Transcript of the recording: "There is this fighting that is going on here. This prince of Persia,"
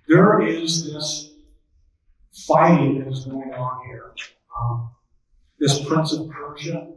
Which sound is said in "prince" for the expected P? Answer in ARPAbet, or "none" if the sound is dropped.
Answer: P